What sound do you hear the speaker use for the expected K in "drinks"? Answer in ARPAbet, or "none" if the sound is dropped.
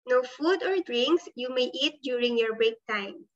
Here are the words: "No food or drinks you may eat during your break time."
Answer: K